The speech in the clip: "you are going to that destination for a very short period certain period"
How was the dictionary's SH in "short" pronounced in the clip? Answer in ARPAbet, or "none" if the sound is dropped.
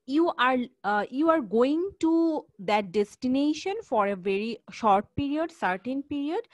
SH